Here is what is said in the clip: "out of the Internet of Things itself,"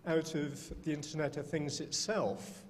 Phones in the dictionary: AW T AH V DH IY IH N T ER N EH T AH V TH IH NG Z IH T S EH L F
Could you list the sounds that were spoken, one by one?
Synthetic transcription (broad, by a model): AW T AH V DH IY IH N T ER N EH T AH V TH IH NG Z IH T S EH L F